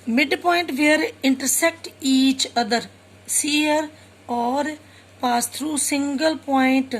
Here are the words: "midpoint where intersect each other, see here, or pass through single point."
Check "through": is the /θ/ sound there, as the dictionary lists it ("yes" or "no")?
no